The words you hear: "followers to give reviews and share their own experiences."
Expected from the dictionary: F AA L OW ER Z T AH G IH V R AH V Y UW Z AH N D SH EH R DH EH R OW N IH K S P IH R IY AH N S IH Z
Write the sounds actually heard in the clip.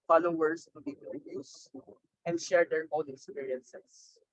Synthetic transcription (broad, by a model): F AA L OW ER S T AH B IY P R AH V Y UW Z AH N D SH EH R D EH R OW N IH K S P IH R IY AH N S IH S